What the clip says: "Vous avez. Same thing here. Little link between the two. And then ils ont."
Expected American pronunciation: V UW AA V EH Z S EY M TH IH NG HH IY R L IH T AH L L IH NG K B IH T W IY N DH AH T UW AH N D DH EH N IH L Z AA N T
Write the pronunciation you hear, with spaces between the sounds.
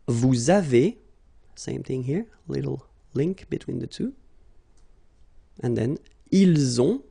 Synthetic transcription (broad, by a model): V UW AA V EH S EY M TH IH NG HH IY R L IH T L L IH NG K B IH T W IY N DH AH T UW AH N DH EH N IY L Z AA